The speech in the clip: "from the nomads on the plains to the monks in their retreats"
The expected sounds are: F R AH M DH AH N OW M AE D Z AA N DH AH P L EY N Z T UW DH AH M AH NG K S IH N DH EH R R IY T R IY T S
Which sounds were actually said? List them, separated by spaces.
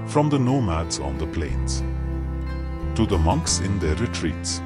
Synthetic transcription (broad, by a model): F R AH M DH AH N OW M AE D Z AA N DH AH P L EY N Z T UW DH AH M AH NG K S IH N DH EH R R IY T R IY T S